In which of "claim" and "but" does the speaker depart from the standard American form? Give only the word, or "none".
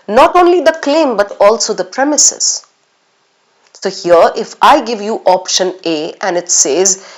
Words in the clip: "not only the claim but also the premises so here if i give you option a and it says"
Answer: none